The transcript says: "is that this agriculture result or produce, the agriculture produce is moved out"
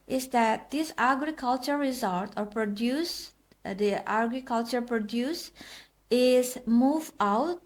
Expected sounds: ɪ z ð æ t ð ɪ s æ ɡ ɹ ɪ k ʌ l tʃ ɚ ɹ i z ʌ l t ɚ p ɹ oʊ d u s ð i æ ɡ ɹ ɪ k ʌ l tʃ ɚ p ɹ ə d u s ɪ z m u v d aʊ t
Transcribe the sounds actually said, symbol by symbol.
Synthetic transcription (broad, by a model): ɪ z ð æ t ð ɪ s æ ɡ ɹ ɪ k ʌ l tʃ ɚ ɹ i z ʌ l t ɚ p ɹ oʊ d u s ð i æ ɡ ɹ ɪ k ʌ l tʃ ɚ p ɹ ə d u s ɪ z m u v aʊ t